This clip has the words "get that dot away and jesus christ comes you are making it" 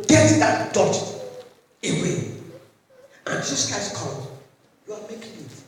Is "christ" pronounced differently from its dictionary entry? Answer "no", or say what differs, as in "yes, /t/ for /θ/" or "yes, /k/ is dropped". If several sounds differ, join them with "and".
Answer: yes, /ɹ/ is dropped